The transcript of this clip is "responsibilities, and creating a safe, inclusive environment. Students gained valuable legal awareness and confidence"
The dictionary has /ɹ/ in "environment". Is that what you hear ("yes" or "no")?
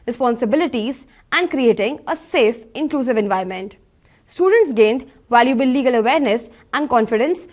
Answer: no